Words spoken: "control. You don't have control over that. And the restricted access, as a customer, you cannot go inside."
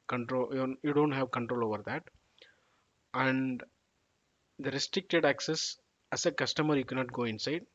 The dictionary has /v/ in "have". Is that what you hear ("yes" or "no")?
yes